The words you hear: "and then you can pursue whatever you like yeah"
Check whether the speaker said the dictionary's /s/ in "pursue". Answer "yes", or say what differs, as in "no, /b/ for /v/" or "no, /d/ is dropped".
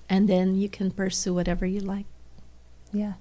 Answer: yes